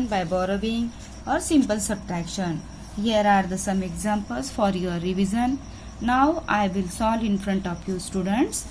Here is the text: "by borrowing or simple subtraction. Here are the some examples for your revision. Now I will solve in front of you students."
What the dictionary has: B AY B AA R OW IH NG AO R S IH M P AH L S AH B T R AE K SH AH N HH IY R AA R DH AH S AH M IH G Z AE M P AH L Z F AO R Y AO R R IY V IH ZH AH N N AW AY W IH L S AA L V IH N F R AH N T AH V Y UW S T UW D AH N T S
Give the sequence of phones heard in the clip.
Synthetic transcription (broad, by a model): B AY B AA R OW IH NG AO R S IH M P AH L S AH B T R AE K SH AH N HH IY R AA R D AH S AH M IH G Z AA M P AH L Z F AO R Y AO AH R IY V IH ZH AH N N AW AY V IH L S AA L IH N F R AH N T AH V Y UW S T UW D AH N T S